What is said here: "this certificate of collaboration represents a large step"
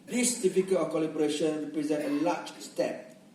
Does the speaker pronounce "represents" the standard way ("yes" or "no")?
no